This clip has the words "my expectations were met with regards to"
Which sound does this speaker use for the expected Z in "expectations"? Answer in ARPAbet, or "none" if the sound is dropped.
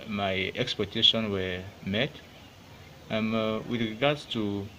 none